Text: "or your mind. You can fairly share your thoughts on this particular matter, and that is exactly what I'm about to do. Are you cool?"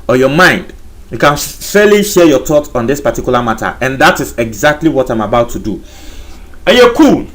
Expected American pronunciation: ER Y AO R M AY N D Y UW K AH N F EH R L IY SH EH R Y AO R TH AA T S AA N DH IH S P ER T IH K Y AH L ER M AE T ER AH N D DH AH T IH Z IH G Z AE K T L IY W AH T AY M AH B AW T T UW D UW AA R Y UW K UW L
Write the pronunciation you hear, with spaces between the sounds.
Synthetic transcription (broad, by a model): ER Y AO M AY N D Y UW K AH N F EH L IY SH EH Y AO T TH AA T AA N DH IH S P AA T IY K Y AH L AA M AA T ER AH N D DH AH T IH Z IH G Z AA K T L IY W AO T AY M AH B AW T T UW D UW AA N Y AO K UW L